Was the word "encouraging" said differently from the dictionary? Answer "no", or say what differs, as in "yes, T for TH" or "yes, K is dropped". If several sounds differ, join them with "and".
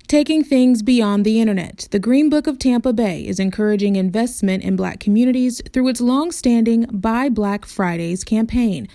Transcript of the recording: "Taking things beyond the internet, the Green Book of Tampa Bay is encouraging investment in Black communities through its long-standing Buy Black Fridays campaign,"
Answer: no